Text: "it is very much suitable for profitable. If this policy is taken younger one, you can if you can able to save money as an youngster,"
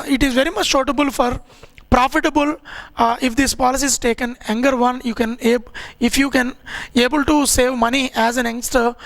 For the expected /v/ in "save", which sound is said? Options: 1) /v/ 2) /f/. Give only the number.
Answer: 1